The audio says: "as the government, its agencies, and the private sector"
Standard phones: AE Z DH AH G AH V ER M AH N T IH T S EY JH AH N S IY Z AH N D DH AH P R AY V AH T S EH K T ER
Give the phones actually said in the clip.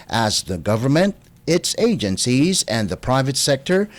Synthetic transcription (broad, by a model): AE Z DH AH G AH V ER M AH N T IH T S EY JH AH N S IY Z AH N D DH AH P R AY V AH T S EH K T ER